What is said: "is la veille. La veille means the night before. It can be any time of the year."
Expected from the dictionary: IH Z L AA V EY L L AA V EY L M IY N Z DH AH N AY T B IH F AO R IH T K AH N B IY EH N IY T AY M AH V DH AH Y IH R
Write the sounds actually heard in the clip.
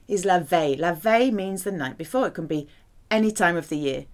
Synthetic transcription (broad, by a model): IH Z L AA V EY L L AA V EY M IY N Z DH AH N AY T B IH F AO R IH T K AH N B IY EH N IY T AY M AH V DH AH Y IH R